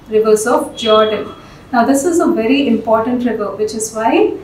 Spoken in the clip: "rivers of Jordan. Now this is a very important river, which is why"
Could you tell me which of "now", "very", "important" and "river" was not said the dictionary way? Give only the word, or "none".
none